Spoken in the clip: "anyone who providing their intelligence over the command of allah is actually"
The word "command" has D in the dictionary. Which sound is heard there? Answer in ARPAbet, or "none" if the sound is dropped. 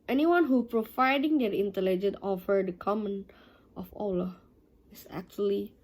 none